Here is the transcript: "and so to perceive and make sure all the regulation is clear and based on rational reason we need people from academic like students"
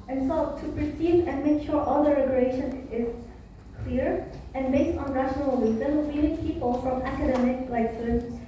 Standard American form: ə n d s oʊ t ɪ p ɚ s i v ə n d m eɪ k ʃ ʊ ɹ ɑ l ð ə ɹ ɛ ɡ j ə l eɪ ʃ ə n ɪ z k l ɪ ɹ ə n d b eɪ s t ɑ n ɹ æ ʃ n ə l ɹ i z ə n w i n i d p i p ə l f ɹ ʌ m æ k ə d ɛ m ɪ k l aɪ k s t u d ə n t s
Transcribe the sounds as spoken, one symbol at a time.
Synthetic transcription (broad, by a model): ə n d s oʊ t ɪ p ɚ s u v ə n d m eɪ k ʃ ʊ ɹ ɑ l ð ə ɹ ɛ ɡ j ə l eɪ ʃ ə n ɪ z k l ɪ ɹ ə n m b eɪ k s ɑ n ɹ æ ʃ n ə l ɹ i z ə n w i l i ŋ p i p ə l f ɹ ʌ m æ k ə d ɛ m ɪ k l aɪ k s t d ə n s